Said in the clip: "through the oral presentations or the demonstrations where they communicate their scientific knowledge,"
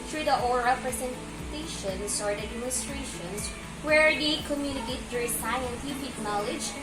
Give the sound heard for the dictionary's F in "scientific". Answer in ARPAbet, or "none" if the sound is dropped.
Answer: P